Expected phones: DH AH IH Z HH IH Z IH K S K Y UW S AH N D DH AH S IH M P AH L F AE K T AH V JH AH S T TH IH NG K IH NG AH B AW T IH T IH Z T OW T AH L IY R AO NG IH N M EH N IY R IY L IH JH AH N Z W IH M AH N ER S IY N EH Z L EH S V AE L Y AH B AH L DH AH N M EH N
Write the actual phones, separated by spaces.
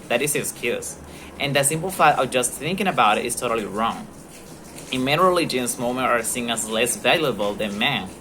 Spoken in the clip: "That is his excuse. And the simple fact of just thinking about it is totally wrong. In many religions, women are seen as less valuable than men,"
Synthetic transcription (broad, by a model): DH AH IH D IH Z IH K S K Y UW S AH N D DH AH S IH M P L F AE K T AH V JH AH S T TH IH NG K IH NG AH B AW T IH T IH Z T OW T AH L IY R AO NG IH N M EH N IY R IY L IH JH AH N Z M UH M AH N ER S IY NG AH S L EH S V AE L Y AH B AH L DH AH N M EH N